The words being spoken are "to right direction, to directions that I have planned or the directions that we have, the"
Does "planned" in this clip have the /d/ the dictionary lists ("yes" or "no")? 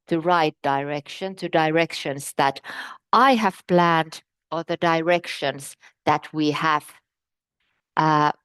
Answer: yes